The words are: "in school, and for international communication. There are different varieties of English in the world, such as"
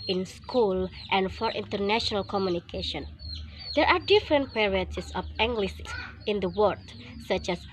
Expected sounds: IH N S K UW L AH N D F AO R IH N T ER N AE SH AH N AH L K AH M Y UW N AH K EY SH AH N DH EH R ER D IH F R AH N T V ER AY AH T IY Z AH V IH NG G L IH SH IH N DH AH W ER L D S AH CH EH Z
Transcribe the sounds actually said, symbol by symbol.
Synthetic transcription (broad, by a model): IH N S K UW L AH N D F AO R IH N T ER N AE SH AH N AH L K AH M Y UW N AH K EY SH AH N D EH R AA D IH F R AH N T P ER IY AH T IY S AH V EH NG G L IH S IH N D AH W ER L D S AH CH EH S